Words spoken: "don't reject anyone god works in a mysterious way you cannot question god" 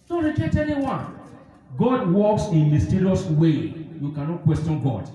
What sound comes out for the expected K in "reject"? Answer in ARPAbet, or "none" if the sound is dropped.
none